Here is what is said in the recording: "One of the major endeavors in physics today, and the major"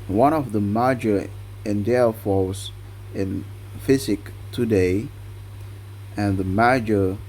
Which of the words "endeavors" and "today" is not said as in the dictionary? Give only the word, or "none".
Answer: endeavors